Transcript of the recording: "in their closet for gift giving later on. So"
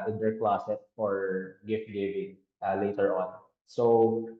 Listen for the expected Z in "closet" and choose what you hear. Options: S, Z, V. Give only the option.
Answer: S